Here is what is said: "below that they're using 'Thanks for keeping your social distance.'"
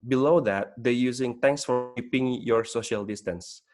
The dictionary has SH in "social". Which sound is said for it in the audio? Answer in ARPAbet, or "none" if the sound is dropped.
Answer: SH